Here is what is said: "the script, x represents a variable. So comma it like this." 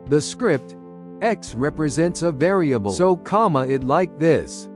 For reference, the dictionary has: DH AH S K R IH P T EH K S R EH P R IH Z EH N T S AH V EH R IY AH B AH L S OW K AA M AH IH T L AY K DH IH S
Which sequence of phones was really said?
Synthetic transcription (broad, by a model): DH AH S K R IH P T EH K S R EH P R IH Z EH N T S AH V EH R IY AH B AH L S OW K AA M AH IH T L AY K DH IH S